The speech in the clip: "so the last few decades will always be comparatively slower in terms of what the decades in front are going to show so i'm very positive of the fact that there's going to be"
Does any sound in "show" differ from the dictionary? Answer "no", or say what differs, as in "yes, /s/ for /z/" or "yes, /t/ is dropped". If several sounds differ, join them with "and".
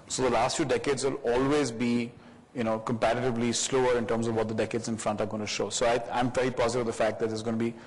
no